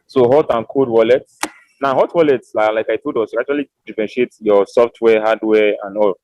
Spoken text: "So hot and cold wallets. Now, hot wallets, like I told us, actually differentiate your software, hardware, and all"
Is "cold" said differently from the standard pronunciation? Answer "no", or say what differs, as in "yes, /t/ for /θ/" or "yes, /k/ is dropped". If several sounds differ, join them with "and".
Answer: yes, /l/ is dropped